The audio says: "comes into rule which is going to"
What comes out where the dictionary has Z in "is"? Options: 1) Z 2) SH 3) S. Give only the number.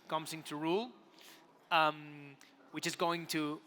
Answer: 1